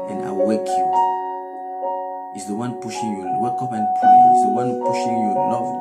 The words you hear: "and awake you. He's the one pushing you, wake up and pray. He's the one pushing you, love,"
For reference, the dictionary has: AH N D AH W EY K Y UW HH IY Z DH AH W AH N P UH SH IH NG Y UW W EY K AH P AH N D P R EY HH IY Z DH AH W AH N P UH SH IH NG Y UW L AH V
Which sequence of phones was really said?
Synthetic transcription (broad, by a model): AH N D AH W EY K Y UW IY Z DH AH W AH N P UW SH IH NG Y UW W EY K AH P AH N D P L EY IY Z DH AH W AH N P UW SH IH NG Y UW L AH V